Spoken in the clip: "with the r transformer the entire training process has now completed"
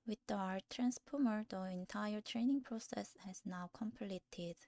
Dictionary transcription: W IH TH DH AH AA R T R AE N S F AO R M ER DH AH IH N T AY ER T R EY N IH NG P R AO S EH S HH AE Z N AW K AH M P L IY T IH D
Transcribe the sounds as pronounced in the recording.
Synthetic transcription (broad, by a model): W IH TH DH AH AA R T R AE N S P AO M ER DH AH IH N T AY ER T R EY N IH NG P R AO S EH S HH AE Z N AW K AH M P L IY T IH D